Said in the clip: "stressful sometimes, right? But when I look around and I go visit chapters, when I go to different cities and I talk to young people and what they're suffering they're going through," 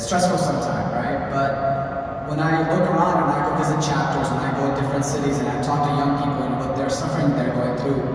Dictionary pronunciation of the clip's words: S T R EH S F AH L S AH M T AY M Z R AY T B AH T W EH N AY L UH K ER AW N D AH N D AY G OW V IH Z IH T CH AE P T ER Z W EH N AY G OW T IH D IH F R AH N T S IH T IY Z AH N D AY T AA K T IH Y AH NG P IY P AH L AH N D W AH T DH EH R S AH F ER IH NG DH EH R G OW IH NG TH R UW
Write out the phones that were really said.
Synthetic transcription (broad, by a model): S T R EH S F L S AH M T AY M R AY T B AH T W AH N AY L UH K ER AW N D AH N AY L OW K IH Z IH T CH AE P T ER Z W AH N AY G OW T IH D IH F R AH N T S IH T IY Z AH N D AY T AA K T IH Y AH NG P IY P L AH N W AH T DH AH R S AH F ER IH NG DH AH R G OW IH NG TH R UW